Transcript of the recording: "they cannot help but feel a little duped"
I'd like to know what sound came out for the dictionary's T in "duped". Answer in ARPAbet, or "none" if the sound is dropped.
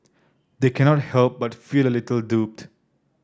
T